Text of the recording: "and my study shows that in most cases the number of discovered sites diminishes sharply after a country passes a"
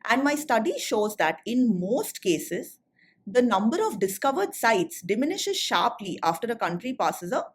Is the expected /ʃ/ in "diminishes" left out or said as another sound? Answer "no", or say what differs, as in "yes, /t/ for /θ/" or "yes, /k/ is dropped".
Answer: no